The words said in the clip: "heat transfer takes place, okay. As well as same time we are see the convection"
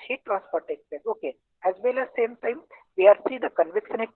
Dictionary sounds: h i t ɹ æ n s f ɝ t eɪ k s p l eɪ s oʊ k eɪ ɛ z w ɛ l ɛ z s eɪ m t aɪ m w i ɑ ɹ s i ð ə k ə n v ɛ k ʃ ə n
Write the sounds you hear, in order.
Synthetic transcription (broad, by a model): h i t ɹ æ n s p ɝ t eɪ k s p eɪ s oʊ k eɪ ɛ z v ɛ l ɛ s eɪ m t aɪ m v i ɑ ɹ s i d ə k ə n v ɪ k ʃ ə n